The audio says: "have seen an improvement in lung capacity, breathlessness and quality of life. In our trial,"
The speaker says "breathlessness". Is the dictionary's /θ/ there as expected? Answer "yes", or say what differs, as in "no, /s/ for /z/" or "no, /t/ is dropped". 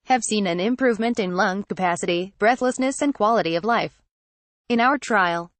yes